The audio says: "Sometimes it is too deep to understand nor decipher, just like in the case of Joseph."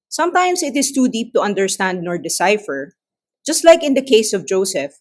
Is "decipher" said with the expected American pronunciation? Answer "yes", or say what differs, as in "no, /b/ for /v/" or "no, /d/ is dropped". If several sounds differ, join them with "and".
yes